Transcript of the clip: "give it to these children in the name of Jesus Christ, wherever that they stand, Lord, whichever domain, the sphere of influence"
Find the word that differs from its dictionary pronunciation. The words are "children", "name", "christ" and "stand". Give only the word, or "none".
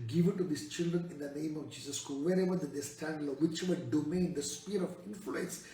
christ